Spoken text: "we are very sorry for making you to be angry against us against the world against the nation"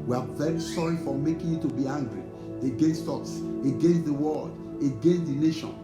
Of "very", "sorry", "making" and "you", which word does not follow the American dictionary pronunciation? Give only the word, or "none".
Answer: none